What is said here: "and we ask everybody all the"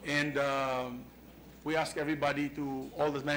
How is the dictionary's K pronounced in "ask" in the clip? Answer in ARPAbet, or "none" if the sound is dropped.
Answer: K